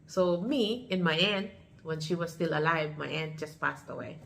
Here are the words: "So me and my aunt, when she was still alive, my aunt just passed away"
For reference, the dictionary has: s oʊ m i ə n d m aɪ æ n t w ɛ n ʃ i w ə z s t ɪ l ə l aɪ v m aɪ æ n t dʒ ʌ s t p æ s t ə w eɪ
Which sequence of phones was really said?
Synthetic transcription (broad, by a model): s oʊ m i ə n m aɪ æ n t w ɛ n ʃ i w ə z s t ɪ l ə l aɪ v m aɪ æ n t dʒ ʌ s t p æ s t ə w eɪ